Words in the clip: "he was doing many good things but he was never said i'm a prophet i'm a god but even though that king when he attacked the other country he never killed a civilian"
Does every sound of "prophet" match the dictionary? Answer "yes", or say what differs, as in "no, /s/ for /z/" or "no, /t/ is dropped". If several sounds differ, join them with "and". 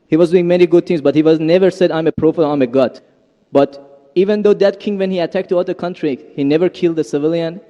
no, /t/ is dropped